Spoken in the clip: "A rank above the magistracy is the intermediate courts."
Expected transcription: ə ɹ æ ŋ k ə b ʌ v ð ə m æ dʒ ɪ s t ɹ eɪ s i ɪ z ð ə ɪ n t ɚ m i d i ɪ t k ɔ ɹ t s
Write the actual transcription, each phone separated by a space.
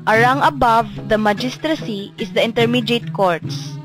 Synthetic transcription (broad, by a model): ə ɹ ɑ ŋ ə b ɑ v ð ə m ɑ dʒ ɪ s t ɹ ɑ s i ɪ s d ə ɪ n t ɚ m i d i t k ɔ ɹ t s